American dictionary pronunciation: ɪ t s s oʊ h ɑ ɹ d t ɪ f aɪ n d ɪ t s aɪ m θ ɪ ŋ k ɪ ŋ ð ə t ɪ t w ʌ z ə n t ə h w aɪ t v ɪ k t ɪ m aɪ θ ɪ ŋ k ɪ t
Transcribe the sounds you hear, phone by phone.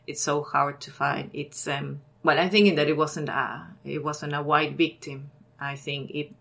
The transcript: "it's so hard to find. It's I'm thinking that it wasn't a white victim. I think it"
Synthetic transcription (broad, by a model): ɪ t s s oʊ h ɑ ɹ d t ɪ f aɪ n d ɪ t s aɪ m θ ɪ ŋ k ɪ ŋ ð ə t ɪ t w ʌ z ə n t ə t w aɪ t v ɪ k t ɪ m aɪ θ ɪ ŋ k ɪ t